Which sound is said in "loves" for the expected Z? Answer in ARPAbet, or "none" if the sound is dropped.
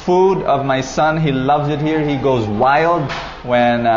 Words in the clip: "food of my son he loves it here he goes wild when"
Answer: Z